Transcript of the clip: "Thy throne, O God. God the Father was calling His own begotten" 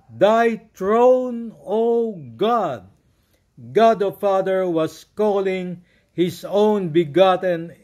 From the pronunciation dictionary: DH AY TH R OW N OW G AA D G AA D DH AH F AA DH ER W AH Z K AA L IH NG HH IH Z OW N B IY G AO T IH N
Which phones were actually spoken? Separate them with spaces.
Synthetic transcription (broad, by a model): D AY T R OW N OW G AA D G AA D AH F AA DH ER W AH S K AA L IH NG HH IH S OW N B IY G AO T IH N